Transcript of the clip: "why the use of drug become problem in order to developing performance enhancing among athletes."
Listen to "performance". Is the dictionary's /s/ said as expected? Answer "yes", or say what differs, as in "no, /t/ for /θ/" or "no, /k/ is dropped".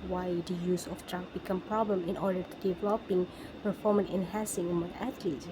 no, /s/ is dropped